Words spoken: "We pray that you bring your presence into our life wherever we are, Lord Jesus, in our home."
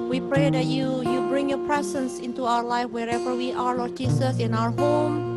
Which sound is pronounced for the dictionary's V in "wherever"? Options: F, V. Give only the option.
V